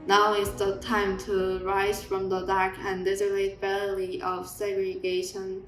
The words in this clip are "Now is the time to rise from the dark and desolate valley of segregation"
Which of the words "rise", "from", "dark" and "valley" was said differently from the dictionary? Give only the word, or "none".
valley